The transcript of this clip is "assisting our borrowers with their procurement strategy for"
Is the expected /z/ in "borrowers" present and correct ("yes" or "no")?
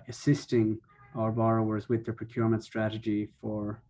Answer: yes